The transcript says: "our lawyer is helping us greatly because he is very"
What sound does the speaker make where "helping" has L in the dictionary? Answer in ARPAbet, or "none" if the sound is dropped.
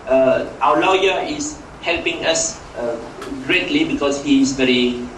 L